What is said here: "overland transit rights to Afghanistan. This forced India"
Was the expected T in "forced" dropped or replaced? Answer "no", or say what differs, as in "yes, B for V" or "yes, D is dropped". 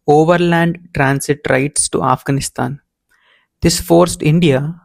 no